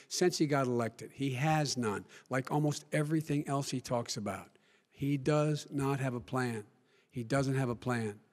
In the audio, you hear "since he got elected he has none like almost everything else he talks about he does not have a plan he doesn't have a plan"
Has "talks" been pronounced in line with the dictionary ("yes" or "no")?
yes